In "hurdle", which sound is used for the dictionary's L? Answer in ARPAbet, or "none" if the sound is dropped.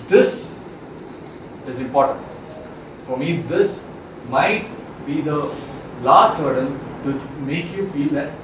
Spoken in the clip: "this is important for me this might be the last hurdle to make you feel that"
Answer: N